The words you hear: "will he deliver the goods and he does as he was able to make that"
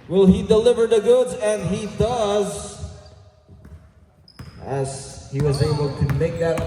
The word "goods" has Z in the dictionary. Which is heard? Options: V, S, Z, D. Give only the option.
Z